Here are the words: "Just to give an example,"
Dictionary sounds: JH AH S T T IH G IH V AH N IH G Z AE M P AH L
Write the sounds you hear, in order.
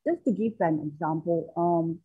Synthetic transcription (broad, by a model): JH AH S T T IH G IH F AH N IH G Z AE M P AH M